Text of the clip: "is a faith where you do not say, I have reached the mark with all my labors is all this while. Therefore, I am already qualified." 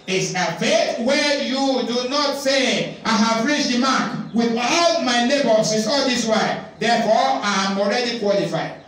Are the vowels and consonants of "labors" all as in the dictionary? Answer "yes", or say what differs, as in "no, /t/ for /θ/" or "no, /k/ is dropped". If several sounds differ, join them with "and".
no, /n/ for /l/ and /s/ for /z/